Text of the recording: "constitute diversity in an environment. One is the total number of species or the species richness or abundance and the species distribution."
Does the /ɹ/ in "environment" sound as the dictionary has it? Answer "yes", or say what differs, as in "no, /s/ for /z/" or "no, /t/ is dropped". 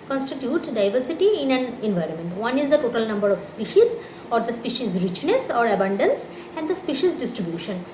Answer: yes